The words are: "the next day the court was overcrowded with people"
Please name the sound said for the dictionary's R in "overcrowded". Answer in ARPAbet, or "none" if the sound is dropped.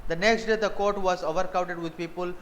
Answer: none